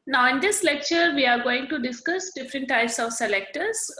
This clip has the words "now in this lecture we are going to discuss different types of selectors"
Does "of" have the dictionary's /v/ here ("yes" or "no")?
yes